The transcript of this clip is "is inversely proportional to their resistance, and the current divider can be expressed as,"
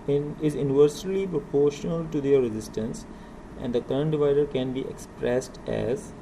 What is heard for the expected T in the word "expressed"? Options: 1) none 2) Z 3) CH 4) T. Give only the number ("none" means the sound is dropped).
4